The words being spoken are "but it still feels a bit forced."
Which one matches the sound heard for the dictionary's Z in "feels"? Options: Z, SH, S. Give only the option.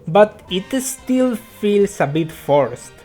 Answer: S